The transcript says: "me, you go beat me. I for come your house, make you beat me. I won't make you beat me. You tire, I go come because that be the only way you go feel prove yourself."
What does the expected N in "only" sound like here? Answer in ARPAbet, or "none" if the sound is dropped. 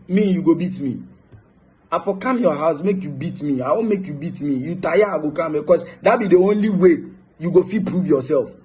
N